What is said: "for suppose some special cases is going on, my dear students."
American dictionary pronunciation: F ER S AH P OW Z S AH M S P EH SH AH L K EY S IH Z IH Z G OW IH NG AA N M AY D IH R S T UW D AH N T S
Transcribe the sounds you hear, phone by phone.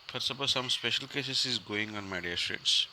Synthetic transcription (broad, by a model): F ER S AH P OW S AH M S P EH SH AH L K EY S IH S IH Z G OW IH NG AA N M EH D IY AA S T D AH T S